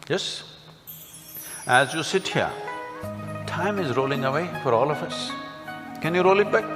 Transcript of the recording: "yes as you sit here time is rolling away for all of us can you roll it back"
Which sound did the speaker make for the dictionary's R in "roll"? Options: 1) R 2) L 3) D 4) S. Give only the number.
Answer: 1